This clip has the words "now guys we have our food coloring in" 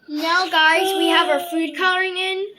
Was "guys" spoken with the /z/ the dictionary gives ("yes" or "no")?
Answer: yes